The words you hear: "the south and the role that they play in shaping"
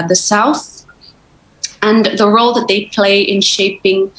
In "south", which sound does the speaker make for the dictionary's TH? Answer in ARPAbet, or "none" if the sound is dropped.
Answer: TH